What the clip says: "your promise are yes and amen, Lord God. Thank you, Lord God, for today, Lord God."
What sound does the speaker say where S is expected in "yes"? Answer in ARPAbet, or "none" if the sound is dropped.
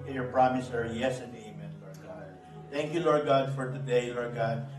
S